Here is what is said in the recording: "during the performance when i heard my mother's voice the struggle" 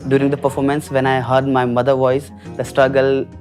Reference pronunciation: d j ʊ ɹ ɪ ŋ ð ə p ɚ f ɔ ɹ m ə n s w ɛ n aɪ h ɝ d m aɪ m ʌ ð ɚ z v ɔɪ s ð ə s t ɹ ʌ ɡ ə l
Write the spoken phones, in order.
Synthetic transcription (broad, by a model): d j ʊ ɹ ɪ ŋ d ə p ɚ f ɔ ɹ m ə n s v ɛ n aɪ h ɝ d m aɪ m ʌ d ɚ v ɔɪ s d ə s t ɹ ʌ ɡ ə l